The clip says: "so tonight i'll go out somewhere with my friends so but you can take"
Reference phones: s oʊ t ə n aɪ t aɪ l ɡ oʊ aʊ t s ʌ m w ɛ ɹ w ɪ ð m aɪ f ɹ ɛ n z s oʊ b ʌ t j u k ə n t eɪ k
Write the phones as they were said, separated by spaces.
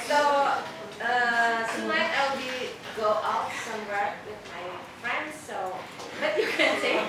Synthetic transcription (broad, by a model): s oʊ s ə l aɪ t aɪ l ɡ oʊ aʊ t s ʌ m w ɛ ɹ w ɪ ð m aɪ f ɹ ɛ n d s oʊ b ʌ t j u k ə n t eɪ